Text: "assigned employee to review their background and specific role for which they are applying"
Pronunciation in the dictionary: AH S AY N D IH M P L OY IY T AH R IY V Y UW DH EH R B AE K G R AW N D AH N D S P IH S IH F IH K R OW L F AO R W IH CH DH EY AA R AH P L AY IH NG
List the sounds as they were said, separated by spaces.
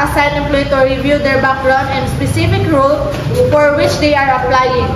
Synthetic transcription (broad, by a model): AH S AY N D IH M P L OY T AH R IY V Y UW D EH R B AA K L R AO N AH N D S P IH S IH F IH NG R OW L F AO R W IH CH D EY AA R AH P L AY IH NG